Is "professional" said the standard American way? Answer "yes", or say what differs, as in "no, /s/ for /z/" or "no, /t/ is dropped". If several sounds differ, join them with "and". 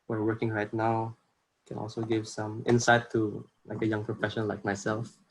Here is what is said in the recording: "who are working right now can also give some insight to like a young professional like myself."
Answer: no, /n/ is dropped and /n/ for /l/